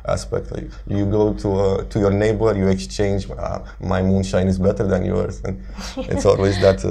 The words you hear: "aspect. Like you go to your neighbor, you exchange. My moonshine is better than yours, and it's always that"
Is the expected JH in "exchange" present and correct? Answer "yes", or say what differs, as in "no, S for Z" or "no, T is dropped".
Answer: yes